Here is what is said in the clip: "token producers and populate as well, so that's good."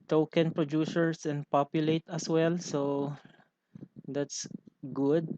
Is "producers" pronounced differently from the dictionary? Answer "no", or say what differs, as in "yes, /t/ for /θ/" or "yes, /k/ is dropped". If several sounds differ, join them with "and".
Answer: yes, /s/ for /z/